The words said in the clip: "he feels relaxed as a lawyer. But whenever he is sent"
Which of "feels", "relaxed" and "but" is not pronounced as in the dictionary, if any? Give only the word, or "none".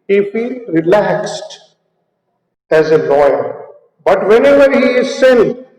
feels